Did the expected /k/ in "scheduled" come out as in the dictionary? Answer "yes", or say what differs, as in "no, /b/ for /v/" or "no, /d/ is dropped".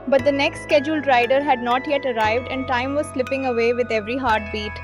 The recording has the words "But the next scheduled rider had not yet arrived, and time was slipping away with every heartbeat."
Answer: yes